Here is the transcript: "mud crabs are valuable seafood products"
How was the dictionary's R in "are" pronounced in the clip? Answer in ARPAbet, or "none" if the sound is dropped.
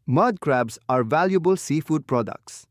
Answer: R